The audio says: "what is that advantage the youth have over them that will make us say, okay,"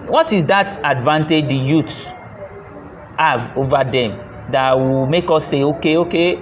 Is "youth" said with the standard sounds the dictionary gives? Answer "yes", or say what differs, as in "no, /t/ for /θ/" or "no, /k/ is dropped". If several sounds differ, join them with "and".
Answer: no, /t/ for /θ/